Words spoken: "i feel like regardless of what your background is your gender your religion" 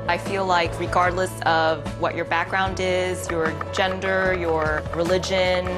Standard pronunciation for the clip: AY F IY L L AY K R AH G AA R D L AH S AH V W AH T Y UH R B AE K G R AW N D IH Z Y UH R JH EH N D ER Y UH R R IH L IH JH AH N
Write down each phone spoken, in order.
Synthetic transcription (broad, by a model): AY F IY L L AY K R AH G AA R D L AH S AH V W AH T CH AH R B AE K G R AW N D IH Z Y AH R JH EH N D ER Y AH R R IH L IH JH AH N